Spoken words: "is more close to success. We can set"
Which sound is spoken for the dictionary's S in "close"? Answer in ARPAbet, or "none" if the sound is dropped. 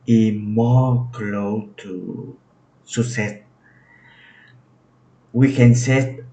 none